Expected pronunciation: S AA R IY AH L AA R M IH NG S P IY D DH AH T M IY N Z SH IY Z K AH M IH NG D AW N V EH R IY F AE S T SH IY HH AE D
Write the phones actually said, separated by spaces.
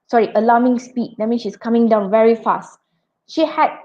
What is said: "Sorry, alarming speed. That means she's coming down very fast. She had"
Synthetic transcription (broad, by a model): S AA R IY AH L AA M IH NG S P IY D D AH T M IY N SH IY S K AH M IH NG D AW N V EH R IY F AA S T SH IY HH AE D